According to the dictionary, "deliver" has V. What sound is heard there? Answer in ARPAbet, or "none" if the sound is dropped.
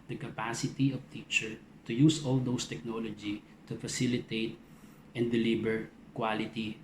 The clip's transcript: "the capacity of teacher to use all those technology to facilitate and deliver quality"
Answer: B